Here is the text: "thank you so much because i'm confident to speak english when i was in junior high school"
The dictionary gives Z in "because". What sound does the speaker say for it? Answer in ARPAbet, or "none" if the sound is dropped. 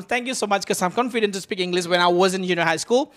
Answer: none